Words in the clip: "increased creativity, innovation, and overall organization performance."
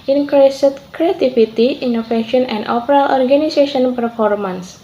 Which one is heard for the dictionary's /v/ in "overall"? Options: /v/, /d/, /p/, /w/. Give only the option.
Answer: /p/